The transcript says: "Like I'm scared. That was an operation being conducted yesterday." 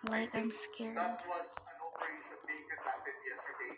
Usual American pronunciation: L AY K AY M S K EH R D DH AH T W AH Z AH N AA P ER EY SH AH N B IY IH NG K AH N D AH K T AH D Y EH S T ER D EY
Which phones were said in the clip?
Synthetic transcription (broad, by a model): L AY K AY M S K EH R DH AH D W AH Z AH N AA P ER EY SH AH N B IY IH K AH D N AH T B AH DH Y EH S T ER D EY